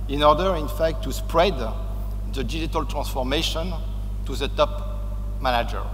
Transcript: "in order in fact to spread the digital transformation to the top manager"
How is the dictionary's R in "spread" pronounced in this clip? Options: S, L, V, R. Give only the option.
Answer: R